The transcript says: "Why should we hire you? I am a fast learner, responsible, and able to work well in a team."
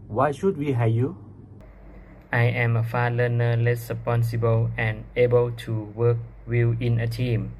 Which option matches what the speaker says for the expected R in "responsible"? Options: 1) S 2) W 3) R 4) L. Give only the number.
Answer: 4